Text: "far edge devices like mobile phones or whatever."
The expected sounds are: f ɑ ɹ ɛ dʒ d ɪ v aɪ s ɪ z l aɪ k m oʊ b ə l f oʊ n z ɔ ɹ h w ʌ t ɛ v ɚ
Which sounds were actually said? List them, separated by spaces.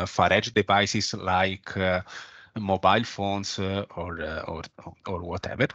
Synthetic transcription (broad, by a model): f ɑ ɹ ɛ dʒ d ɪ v aɪ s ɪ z l aɪ k m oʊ b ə l f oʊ n s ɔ ɹ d w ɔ t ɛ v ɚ